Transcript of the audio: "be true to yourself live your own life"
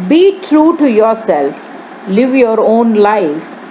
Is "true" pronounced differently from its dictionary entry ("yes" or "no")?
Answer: no